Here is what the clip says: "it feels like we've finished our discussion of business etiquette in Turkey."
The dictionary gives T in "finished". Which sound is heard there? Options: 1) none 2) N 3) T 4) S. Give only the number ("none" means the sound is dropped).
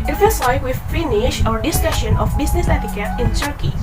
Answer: 1